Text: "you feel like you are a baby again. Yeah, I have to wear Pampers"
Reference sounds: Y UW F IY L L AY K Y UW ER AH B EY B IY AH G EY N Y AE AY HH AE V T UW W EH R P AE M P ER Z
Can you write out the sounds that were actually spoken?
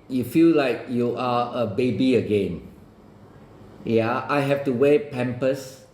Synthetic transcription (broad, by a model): Y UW F IY L L AY K Y UW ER AH B EY B IY AH G EY N Y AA AY HH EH F T UW W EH P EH M P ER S